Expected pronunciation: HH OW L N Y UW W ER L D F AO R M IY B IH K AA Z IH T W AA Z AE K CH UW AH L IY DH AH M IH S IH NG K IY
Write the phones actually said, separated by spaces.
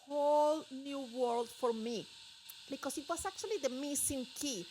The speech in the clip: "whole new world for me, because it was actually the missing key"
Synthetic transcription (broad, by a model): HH OW L N Y UW W ER L D F AO R M IY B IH K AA S IH T W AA S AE K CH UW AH L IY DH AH M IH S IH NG K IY